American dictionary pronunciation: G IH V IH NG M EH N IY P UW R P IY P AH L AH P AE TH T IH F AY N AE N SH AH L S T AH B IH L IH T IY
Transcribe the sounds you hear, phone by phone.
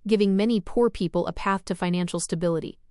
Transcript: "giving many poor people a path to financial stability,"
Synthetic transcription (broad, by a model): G IH V IH NG M EH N IY P UW R P IY P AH L AH P AE TH T IH F AY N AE N SH L S T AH B IH L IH T IY